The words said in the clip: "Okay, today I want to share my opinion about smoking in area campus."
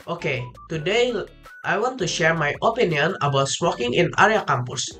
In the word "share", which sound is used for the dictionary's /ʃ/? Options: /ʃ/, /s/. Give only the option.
/ʃ/